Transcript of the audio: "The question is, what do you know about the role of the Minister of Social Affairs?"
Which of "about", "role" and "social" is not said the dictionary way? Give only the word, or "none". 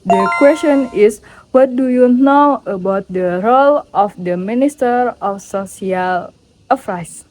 social